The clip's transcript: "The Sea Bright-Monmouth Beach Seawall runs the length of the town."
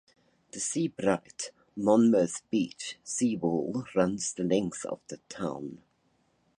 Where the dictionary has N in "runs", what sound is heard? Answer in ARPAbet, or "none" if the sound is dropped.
N